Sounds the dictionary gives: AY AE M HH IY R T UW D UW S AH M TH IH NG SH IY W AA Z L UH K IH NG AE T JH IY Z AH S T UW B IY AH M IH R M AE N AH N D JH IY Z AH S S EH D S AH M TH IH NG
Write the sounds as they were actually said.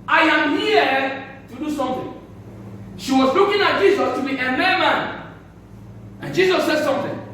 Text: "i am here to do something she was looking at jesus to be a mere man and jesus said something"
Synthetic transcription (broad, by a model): AY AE M HH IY T UW D UW S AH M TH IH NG SH IY W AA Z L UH K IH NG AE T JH IY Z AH S T UW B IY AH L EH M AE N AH N JH IY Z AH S S EH D S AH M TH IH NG